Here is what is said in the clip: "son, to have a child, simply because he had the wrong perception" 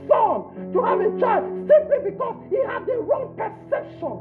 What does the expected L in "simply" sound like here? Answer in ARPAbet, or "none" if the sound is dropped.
L